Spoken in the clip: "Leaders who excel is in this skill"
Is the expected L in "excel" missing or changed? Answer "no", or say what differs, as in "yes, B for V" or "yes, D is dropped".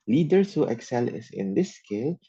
no